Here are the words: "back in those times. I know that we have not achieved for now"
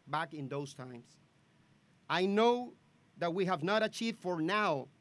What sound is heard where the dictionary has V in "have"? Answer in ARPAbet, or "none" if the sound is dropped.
V